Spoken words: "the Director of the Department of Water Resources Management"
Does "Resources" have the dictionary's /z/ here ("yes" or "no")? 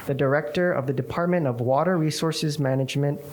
yes